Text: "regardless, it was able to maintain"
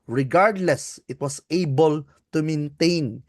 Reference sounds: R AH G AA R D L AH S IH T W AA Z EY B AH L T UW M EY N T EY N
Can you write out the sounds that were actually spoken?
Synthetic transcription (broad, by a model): R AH G AA R D L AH S IH T W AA S EY B AH L T UW M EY N T EY N